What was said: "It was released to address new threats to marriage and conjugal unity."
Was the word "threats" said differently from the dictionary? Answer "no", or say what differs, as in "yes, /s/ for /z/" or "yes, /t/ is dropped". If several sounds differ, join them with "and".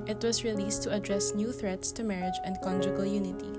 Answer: no